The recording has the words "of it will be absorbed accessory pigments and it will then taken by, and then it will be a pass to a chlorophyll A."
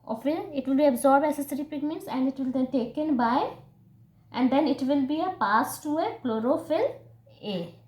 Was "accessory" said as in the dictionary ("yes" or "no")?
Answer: no